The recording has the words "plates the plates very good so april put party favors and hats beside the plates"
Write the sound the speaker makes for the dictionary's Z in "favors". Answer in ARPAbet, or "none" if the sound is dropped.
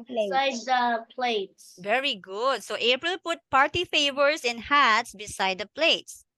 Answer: S